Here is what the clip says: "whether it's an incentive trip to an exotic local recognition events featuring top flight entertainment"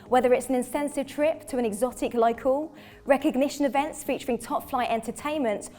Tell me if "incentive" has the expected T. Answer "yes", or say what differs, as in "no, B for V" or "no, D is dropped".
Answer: no, S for T